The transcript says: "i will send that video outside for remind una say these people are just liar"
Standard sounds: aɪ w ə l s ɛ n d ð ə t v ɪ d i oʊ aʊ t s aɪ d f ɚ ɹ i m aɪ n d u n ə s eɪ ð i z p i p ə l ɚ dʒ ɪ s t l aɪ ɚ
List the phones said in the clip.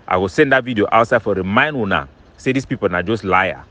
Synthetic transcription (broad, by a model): aɪ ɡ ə s ɛ n d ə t v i d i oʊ aʊ t s aɪ d f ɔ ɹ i m aɪ n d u n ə s eɪ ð i s p i p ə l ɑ dʒ ɪ s t l aɪ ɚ